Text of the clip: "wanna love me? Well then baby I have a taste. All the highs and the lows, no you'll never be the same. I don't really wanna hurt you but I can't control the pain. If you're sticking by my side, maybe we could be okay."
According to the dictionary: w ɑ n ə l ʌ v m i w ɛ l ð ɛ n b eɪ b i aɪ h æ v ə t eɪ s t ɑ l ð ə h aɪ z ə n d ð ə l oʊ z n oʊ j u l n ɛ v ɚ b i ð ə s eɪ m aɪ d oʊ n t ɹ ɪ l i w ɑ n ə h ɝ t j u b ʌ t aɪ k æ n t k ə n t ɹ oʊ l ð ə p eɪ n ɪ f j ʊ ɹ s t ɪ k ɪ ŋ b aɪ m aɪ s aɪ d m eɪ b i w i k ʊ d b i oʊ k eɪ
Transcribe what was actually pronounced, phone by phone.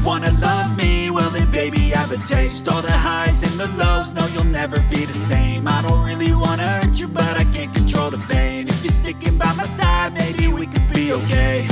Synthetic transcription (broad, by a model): w ɑ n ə l ʌ v m i w ɛ l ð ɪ b eɪ b i aɪ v ə t eɪ s t ɑ l ð ə h aɪ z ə n ð ə l oʊ z n oʊ j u l n ɛ v ɚ b i ð ə s eɪ m aɪ d oʊ n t ɹ ɪ l i w ɑ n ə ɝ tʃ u b ʌ t aɪ k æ n k n t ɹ oʊ l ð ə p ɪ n ɪ f j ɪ ɹ s t ɪ k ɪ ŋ b aɪ m aɪ s aɪ d m eɪ b i w i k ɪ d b i oʊ k eɪ